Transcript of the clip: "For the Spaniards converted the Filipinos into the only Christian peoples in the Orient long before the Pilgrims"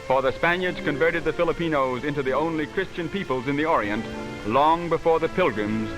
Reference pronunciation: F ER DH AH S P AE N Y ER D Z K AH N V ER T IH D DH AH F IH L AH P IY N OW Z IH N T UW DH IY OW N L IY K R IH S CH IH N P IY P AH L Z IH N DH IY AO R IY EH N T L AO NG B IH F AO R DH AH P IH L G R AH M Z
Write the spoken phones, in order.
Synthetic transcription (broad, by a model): F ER DH AH S P AE N Y ER D Z K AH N V ER T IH D DH AH F IH L AH P IY N OW Z IH N T UW DH IY OW N L IY K R IH S CH IH N P IY P AH L Z IH N DH IY AO R IY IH N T L AO NG B IH F AO R DH AH P IH L G R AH M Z